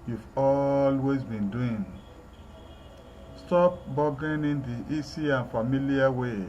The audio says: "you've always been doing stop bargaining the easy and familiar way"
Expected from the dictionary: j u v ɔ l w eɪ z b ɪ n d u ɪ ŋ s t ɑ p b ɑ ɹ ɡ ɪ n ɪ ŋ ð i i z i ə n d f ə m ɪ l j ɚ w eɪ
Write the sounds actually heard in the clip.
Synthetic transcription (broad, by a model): j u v ɔ l w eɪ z b ɪ n d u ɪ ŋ s t ɑ p b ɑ ɡ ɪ n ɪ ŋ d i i s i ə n f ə m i l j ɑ w eɪ